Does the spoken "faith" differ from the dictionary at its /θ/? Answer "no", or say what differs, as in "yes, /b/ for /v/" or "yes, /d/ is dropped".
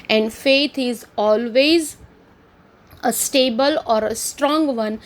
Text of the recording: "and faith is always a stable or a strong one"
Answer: yes, /t/ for /θ/